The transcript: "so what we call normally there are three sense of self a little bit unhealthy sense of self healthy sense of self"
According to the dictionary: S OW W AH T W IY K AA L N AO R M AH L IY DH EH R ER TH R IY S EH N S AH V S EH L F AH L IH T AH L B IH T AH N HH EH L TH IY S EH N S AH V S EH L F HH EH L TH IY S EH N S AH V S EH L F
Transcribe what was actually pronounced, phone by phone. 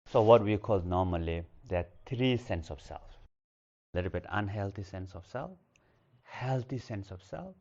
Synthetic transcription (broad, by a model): S OW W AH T W IY K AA L N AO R M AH L IY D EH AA T R IY S EH N S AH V S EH L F L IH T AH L B IH T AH N HH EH L T IY S EH N S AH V S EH L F HH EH L T IY S EH N S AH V S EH L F